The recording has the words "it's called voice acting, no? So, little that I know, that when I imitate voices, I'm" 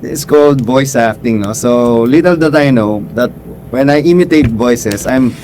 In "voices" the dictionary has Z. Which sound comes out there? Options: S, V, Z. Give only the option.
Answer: S